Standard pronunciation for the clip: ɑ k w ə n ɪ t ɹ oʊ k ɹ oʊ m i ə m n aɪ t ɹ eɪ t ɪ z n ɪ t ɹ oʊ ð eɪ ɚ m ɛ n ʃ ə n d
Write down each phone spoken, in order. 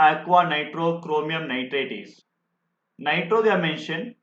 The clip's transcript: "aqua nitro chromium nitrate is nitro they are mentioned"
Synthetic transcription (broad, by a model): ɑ k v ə n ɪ t ɹ oʊ k ɹ oʊ m i ə m n aɪ t ɹ eɪ t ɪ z n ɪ t ɹ oʊ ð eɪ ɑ m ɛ n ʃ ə n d